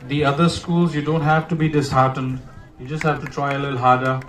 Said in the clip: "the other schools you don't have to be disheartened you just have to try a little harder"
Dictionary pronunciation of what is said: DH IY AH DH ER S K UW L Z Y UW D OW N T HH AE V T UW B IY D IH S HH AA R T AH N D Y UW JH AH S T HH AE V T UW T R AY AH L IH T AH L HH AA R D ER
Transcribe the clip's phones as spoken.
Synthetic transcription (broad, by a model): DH IY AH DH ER S K UW L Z Y UW D OW N T HH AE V T UW B IY D IH S HH AA R T AH N D Y UW JH AH S T HH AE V T UW T R AY AH L IH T L HH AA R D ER